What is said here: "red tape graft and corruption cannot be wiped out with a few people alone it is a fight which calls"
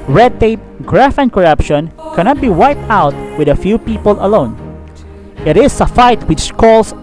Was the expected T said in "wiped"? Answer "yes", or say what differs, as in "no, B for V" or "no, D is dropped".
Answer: yes